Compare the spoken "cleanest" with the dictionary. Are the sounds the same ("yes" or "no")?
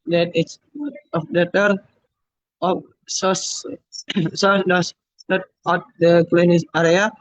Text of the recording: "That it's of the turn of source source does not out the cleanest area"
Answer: no